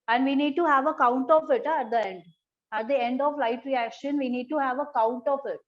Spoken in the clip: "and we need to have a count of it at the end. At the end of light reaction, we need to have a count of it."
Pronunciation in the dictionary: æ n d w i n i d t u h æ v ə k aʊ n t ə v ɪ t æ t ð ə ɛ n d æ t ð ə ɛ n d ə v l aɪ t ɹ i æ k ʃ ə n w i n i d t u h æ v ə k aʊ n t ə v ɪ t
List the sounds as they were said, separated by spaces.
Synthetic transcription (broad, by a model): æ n d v i n i d t u h æ v ə k aʊ n t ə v ɪ t æ t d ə ɛ n d æ t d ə ɛ n d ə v l aɪ t ɹ i æ k ʃ ə n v i n i d t u h æ v ə k aʊ n t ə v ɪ t